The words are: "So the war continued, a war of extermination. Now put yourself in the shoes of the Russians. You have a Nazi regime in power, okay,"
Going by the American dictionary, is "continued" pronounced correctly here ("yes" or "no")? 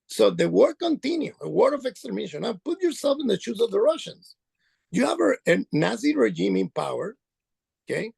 no